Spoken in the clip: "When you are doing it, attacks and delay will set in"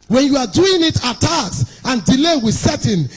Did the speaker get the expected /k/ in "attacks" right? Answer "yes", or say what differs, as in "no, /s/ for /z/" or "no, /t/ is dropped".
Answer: no, /k/ is dropped